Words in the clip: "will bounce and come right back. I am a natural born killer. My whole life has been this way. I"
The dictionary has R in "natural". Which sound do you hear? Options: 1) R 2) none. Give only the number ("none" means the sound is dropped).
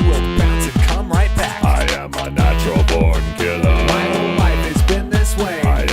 2